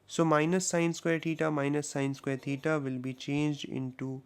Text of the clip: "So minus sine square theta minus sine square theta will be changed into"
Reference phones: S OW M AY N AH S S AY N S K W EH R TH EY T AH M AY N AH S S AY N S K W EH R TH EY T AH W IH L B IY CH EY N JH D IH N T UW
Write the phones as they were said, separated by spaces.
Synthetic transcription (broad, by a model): S OW M AY N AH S S AY N S K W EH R T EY T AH M AY N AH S S AY N S K W EH R T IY T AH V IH L B IY CH EY N JH D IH N T UW